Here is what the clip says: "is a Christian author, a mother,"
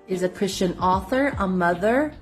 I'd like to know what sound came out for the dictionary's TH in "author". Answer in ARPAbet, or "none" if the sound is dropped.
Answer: TH